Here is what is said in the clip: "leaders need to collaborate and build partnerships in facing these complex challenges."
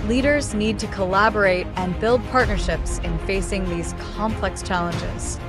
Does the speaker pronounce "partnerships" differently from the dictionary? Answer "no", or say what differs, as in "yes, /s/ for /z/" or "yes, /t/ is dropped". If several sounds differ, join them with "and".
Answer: no